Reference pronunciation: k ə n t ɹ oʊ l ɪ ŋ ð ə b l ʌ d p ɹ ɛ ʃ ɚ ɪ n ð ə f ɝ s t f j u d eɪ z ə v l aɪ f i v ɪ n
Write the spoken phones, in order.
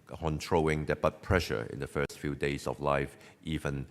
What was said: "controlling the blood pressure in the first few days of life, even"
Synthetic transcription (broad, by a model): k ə n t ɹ oʊ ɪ ŋ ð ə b ʌ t p ɹ ɛ ʃ ɚ ɪ n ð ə f ɝ s t f j u d eɪ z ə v l aɪ f i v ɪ n